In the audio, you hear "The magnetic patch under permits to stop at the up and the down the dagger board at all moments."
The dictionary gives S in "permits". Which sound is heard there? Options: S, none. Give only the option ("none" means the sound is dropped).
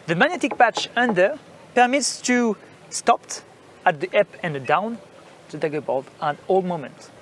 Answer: S